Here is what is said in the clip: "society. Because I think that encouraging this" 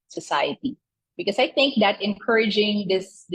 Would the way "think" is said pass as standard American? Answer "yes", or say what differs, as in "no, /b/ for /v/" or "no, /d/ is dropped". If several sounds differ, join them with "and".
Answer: yes